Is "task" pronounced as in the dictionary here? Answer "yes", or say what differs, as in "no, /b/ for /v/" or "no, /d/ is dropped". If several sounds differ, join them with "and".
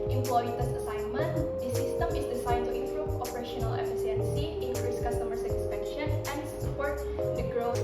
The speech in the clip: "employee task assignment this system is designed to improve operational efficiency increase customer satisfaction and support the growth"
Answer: no, /k/ is dropped